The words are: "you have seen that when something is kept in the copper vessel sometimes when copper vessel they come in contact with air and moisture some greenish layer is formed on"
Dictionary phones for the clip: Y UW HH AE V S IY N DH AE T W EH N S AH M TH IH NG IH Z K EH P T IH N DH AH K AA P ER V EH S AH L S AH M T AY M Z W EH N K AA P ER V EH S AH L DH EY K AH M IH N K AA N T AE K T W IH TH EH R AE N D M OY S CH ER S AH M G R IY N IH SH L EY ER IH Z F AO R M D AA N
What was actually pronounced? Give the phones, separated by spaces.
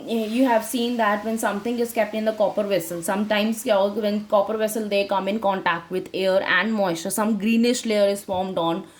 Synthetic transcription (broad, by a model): Y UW HH AE V S IY N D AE T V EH N S AH M T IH NG IH Z K EH P T IH N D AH K AA P ER V EH S AH L S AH M T AY M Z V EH N K AA P ER V EH S AH L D EY K AH M IH N K AA N T AE K T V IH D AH R AE N D M OY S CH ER S AH M G R IY N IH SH L EY ER IH Z F AO R M D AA N